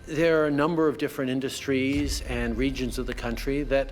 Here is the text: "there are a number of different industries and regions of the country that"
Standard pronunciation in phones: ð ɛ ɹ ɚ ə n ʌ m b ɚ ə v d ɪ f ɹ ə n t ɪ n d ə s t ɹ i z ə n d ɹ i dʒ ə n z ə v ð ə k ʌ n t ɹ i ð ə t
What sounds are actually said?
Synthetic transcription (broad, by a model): ð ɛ ɹ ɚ ə n ʌ m b ɚ ə v d ɪ f ɹ ə n t ɪ n d ə s t ɹ i z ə n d ɹ i dʒ ə n z ə v ð ə k ʌ n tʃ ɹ i ð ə t